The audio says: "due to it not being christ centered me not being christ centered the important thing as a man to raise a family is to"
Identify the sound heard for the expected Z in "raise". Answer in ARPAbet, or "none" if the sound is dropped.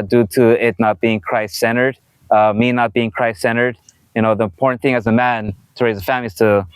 Z